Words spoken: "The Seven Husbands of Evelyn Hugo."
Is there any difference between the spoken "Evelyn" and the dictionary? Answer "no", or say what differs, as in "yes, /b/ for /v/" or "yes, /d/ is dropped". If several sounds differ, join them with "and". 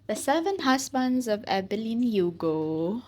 yes, /b/ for /v/